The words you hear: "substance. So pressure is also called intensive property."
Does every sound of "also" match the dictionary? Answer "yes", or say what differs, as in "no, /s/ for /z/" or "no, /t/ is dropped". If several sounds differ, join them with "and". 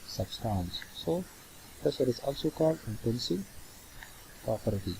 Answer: yes